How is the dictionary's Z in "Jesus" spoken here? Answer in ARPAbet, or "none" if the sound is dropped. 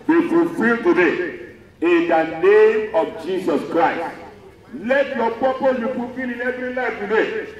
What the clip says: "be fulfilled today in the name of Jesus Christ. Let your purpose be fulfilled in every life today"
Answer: S